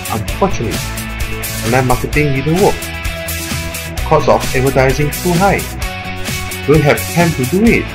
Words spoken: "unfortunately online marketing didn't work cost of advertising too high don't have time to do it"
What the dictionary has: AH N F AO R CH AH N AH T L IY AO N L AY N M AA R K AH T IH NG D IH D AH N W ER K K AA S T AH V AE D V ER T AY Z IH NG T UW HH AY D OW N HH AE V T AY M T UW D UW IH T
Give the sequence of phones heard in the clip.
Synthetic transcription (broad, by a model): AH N F AO CH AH N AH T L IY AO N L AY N M AA K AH T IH NG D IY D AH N W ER K K AA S AH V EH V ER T AY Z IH NG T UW HH AY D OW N HH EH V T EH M T UW D UW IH T